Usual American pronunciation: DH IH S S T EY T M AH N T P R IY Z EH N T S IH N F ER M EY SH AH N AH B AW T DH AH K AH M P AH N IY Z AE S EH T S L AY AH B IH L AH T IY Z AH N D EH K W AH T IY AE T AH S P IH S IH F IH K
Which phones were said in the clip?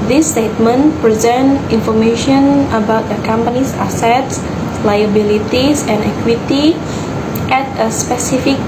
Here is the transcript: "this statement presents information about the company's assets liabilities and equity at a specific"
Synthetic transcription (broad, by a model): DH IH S S T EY T M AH N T P R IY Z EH N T IH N F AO M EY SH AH N AH B AW T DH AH K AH M P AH N IY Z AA S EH T S L AY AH B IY L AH T IY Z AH N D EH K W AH T IY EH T AH S P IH S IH F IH K